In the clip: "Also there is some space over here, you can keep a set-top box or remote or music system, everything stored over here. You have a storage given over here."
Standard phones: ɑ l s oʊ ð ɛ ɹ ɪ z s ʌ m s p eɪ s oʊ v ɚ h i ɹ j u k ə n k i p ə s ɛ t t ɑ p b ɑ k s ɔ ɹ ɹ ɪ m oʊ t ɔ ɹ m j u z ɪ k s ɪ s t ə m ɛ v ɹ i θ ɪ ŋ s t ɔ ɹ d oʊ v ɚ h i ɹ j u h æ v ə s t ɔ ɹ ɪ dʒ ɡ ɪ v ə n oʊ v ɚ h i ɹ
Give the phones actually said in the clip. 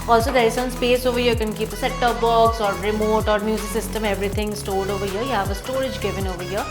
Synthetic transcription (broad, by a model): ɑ l s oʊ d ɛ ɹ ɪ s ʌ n s p eɪ s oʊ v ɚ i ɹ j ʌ k ə n k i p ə s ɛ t t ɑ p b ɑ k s ɔ ɹ ɹ ɪ m oʊ t ɔ ɹ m j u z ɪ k s ɪ s t ə m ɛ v ɹ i t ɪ ŋ s t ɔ ɹ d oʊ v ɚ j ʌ j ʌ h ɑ p ə s t ɔ ɹ ɪ dʒ ɡ ɪ v ə n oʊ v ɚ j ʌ